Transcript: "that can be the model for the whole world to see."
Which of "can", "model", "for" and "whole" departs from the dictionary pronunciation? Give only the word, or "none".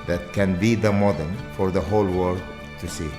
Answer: model